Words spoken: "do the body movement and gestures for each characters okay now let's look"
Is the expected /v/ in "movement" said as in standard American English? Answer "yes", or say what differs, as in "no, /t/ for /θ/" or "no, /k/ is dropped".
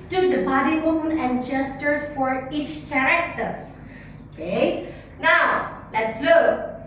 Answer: no, /v/ is dropped